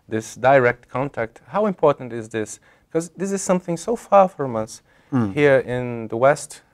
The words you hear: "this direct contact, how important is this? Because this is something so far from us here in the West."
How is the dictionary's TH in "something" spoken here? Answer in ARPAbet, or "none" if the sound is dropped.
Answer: TH